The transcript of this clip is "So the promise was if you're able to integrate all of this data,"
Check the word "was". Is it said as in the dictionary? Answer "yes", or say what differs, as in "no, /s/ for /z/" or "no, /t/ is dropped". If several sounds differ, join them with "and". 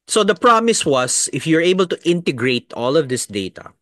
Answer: no, /s/ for /z/